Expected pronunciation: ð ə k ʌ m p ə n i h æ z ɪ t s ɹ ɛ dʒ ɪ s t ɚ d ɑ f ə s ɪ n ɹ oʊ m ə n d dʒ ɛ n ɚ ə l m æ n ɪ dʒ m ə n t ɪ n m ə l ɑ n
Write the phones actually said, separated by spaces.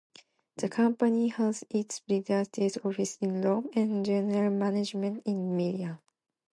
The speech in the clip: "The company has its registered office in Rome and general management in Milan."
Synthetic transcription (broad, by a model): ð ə k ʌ m p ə n i h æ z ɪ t s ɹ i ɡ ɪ s t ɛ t ɑ f ə s ɪ n l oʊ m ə n dʒ ɛ n ɚ ə l m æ n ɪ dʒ m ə n t ɪ n m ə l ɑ